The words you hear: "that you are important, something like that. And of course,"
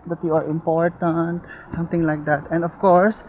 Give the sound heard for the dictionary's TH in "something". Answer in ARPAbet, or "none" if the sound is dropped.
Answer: T